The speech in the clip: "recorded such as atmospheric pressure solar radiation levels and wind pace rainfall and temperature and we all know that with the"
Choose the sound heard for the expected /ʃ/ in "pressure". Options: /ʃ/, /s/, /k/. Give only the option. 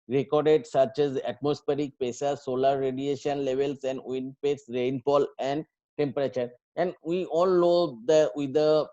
/s/